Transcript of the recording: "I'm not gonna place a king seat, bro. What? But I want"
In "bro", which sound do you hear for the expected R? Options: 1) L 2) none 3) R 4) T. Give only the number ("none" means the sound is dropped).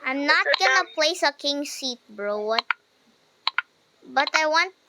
3